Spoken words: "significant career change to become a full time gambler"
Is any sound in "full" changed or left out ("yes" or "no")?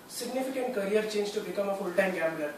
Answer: no